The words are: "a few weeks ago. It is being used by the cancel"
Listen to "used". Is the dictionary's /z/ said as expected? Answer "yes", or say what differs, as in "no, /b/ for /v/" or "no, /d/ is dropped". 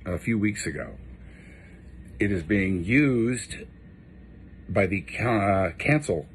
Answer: yes